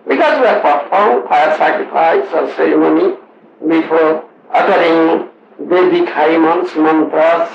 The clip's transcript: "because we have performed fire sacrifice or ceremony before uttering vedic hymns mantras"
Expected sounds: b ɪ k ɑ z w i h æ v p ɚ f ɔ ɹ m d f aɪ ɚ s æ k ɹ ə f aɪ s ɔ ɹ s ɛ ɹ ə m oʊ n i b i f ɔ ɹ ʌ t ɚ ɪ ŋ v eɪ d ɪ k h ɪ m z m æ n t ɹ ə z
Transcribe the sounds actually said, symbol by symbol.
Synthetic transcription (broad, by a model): b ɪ k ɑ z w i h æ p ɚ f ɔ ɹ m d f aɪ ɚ s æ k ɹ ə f aɪ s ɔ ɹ s ɛ ɹ ə m oʊ n i b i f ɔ ɹ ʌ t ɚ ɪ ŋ b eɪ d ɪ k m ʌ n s m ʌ n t ɹ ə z